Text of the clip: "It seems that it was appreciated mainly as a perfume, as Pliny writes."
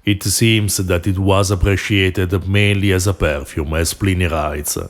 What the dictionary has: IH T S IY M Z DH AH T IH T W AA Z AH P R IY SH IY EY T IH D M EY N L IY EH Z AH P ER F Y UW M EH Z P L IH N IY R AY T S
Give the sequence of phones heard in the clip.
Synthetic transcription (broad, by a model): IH T S IY M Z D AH T IH T W AA Z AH P R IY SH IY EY T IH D M EY N L IY EH Z AH P ER F Y UW M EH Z P L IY N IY R AY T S